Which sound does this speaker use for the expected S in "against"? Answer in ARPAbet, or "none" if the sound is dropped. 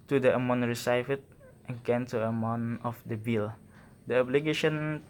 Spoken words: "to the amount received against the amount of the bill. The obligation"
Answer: none